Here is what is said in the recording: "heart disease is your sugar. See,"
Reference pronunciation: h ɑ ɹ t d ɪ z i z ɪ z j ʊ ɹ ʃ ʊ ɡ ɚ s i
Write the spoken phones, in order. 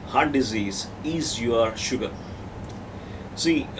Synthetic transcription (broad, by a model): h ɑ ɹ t d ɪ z i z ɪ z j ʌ ɹ ʃ ʊ ɡ ɚ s i